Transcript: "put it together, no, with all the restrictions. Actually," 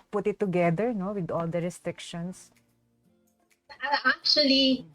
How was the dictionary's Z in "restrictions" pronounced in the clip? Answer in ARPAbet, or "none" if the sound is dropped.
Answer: S